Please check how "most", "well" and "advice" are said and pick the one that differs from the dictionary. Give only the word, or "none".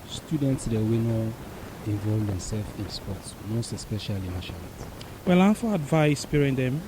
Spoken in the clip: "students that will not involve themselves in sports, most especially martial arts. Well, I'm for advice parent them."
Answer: none